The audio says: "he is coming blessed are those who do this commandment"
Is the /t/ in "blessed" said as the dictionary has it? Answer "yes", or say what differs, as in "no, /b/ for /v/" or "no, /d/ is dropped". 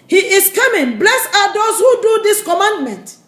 no, /t/ is dropped